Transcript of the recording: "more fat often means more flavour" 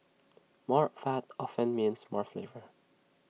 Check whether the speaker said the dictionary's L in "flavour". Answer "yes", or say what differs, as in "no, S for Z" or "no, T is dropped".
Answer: yes